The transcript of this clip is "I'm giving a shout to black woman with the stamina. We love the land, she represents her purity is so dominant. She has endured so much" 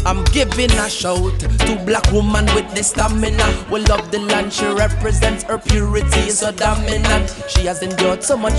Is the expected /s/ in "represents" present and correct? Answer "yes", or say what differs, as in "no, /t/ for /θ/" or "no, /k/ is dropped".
yes